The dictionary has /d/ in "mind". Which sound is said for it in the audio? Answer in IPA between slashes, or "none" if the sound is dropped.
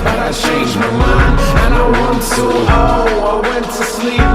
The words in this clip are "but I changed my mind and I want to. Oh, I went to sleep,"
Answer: none